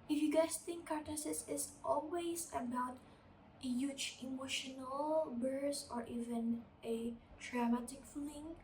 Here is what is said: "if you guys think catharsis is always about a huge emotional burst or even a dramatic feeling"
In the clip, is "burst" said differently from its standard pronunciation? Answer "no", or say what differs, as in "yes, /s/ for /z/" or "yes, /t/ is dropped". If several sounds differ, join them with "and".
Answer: yes, /t/ is dropped